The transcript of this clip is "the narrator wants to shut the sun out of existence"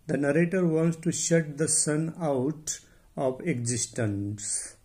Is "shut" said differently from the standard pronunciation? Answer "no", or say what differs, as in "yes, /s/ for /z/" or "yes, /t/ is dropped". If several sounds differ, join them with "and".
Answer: no